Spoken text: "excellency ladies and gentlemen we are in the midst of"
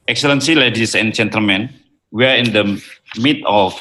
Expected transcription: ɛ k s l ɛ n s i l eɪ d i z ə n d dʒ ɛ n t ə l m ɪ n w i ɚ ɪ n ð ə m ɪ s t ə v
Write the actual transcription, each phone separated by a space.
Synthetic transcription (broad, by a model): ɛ k s l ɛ n s i l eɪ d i s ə n dʒ ɛ n t ə l m ɪ n w i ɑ ɪ n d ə m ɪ t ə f